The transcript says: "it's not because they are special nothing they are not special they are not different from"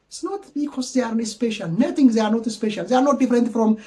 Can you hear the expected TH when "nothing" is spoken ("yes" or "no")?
no